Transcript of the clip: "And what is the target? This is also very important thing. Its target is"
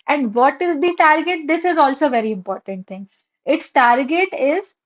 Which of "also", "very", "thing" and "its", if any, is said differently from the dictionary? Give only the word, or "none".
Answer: thing